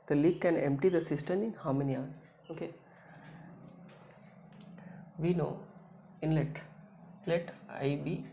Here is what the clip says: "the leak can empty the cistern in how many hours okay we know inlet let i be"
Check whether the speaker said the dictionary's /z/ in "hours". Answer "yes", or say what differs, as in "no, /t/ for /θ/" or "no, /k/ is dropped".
no, /z/ is dropped